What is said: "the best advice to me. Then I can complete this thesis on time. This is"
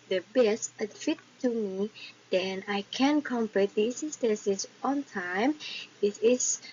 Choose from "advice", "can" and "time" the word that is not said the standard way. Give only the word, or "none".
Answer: advice